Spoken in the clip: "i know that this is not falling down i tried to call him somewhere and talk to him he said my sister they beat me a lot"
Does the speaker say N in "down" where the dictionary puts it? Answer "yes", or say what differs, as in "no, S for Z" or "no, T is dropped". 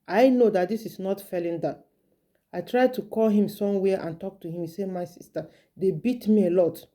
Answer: no, N is dropped